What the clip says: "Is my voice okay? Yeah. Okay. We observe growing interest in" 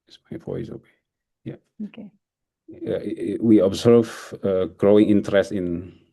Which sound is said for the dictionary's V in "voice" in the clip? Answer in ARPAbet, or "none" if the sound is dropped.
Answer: F